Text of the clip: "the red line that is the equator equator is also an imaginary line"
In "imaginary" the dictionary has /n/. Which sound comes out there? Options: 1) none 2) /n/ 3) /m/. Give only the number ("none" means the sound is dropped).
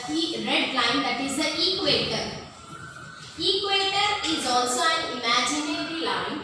2